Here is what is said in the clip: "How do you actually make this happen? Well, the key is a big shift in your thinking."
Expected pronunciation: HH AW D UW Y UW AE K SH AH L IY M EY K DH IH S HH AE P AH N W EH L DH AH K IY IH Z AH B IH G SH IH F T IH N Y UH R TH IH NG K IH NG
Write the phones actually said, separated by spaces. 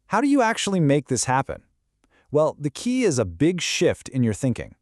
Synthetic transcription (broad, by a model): HH AW D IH Y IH AE K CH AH L IY M EY K DH IH S HH AE P AH N W EH L DH AH K IY IH Z AH B IH G SH IH F T IH N Y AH R TH IH NG K IH NG